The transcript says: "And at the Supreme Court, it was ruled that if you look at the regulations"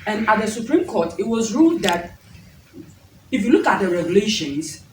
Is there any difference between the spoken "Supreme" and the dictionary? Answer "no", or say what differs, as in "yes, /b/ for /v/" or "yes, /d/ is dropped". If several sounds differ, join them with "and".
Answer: no